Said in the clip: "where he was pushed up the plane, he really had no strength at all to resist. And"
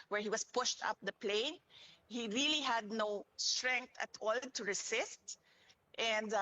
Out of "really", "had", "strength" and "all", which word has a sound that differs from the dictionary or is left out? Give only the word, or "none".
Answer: strength